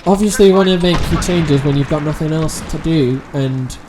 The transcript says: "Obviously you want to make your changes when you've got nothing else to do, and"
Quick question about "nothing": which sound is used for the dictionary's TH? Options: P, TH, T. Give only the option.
TH